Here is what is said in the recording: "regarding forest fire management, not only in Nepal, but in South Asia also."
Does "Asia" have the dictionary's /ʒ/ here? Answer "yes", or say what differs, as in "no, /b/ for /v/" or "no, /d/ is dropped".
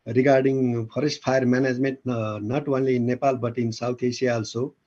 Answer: no, /s/ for /ʒ/